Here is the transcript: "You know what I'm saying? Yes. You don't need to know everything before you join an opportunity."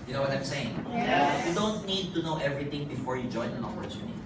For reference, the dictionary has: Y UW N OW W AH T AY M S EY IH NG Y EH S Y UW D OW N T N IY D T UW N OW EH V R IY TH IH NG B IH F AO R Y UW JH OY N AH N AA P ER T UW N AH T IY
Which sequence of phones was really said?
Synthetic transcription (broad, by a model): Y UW N OW W AH T AY M S EY IH NG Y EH Y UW D OW N T N IY D T UW N OW EH V R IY T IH NG B IH F AO R Y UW JH OY N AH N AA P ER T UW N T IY